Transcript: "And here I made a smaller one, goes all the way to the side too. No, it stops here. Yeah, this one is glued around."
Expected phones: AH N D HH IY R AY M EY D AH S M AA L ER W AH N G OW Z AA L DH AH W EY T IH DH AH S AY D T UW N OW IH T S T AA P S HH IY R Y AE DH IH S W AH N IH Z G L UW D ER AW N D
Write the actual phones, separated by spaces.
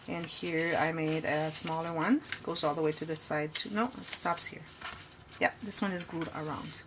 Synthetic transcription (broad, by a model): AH N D HH IY R AY M EY D AH S M AA L ER W AH N G OW Z AA L DH AH W EY T IH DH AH S AY D T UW N OW IH T S T AA P S HH IY R Y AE DH IH S W AH N IH Z G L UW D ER AW N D